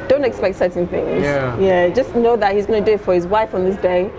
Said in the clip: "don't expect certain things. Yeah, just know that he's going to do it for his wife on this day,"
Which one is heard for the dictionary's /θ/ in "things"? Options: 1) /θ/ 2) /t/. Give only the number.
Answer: 1